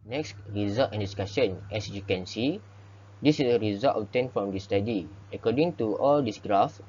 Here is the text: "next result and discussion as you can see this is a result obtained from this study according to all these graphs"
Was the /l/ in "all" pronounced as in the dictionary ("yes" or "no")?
yes